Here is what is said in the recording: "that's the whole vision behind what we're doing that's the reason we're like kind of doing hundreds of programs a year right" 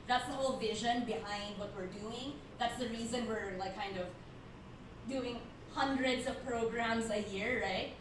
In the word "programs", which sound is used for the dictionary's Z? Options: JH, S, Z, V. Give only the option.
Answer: Z